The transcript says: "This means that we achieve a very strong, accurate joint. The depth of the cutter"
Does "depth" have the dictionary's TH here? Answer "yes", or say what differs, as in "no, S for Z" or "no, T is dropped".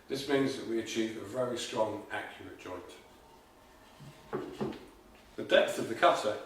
yes